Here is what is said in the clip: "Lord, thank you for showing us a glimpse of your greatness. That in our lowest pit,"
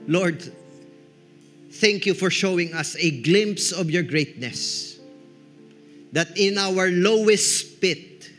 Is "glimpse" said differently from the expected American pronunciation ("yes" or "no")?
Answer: no